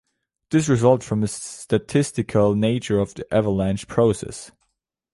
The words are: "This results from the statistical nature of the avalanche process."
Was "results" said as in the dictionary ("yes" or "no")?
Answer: no